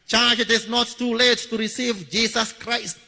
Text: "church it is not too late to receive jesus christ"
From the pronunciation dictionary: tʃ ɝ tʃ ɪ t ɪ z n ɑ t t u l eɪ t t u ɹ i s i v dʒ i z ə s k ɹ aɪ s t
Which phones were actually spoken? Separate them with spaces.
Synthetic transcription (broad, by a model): tʃ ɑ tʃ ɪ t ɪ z n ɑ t t u l eɪ t t u ɹ i s i v dʒ i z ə s k ɹ aɪ s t